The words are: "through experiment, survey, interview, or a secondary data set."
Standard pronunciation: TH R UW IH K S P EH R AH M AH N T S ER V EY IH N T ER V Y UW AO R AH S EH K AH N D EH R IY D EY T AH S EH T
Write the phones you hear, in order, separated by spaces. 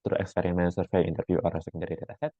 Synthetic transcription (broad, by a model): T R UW IH K S P EH R AH M AH N T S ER F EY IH N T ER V Y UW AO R AH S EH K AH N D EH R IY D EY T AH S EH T